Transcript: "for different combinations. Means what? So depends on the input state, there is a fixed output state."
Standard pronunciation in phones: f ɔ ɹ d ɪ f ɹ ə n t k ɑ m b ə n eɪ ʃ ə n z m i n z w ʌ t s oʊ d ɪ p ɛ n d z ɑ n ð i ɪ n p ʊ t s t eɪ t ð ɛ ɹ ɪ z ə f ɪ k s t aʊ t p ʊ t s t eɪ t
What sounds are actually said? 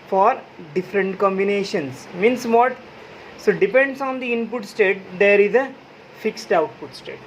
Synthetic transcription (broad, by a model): f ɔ ɹ d ɪ f ɹ ə n t k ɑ m b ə n eɪ ʃ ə n s m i n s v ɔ t s oʊ d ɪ p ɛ n d s ɑ n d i ɪ n p ʊ t s t eɪ t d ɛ ɹ ɪ z ə f ɪ k s t aʊ t p ʊ t s t eɪ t